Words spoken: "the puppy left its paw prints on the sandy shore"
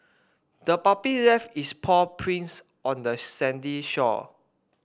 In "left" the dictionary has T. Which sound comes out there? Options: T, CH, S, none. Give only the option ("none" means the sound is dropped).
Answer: none